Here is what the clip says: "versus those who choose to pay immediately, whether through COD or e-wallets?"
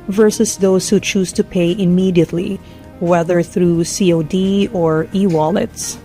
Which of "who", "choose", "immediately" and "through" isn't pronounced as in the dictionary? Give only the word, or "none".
none